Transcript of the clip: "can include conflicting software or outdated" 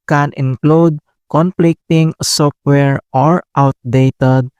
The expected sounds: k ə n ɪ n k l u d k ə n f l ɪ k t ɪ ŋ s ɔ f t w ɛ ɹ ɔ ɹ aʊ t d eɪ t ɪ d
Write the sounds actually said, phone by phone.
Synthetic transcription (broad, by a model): k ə n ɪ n k l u d k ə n p l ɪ k t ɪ ŋ s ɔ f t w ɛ ɹ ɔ ɹ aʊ t d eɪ t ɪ d